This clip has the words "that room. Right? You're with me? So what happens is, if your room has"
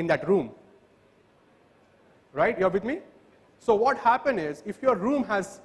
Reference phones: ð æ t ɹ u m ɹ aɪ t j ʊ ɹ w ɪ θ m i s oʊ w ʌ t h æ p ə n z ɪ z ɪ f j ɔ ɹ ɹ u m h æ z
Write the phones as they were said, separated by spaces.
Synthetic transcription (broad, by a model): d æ t ɹ u m ɹ aɪ t j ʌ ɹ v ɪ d m i s oʊ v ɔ t h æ p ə n ɪ z ɪ f j ɔ ɹ ɹ u m h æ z